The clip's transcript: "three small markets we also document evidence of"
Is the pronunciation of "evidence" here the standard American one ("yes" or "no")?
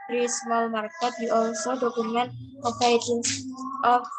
no